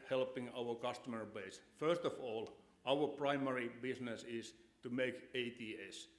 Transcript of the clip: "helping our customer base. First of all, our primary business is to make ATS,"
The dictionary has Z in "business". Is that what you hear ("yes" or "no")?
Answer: no